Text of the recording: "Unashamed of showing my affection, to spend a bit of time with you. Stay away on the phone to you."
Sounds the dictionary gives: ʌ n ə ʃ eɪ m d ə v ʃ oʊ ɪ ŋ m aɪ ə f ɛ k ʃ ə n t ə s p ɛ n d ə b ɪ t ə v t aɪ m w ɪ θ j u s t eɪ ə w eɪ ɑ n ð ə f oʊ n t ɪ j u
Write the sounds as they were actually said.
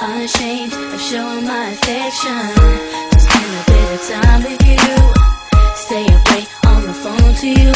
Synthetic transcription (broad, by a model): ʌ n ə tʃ eɪ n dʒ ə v ʃ oʊ ɪ ŋ m aɪ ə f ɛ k ʃ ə n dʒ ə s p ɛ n ə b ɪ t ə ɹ t aɪ m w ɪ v j u s t eɪ ə w eɪ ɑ n ð ə f oʊ n t ɪ j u